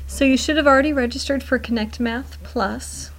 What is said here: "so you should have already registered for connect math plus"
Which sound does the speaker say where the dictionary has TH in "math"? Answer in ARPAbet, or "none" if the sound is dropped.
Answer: TH